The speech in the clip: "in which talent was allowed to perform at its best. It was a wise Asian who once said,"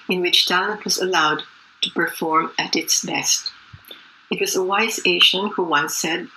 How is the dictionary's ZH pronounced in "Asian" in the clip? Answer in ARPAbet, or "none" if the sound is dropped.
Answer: SH